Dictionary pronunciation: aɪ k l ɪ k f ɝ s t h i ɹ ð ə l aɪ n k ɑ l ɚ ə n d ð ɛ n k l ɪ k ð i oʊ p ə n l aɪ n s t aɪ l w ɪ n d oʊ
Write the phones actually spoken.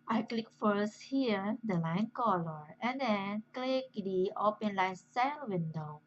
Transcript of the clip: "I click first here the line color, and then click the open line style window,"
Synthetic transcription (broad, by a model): aɪ k l ɪ k f ɝ s t h i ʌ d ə l aɪ n k ɑ l ɚ ə n d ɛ n k l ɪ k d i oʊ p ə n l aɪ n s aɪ n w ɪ n d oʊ